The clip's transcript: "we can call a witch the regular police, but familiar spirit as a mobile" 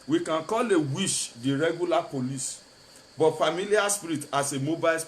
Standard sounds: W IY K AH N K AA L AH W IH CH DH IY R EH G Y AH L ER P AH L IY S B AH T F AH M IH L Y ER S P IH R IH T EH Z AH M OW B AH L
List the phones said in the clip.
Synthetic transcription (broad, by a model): W IY K AH N K AA L AH W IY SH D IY R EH G Y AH L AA P AH L IY S B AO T F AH M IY L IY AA S P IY R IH T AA S AH M OW B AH L